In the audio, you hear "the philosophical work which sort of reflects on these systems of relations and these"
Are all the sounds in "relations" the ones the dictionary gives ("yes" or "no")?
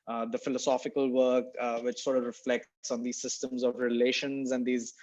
yes